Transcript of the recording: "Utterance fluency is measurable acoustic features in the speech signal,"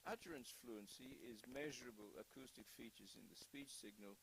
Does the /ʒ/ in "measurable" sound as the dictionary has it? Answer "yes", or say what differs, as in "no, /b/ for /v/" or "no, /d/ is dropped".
yes